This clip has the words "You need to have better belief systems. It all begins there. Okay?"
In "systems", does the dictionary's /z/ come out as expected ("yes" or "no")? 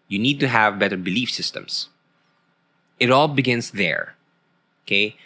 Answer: no